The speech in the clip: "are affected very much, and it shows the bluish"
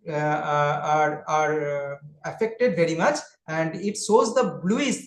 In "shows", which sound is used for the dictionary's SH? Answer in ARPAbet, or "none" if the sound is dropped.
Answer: S